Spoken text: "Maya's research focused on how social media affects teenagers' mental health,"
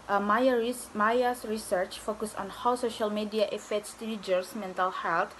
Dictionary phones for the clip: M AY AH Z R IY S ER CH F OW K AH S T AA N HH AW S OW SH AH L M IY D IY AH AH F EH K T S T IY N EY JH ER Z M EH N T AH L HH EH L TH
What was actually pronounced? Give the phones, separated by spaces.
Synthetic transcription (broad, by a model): M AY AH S R IY S ER CH F OW K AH S AA N HH AW S OW SH AH L M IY D IY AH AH F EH T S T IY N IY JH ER S M EH N T AH L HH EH L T